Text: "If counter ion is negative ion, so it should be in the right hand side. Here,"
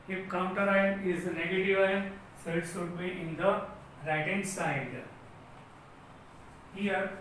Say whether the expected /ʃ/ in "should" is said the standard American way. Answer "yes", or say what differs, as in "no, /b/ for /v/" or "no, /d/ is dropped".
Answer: no, /s/ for /ʃ/